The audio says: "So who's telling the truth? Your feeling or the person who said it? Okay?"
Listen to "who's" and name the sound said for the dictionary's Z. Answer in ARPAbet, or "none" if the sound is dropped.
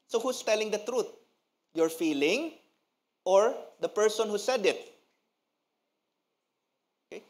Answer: S